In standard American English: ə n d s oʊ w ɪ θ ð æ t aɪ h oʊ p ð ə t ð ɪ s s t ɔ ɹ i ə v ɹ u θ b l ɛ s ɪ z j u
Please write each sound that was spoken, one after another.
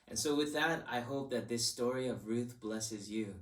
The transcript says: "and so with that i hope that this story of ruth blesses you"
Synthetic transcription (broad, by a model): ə n s oʊ w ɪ ð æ t aɪ h oʊ p ð ə t ð ɪ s s t ɔ ɹ i ə v ɹ u θ b l ɛ s ɪ z j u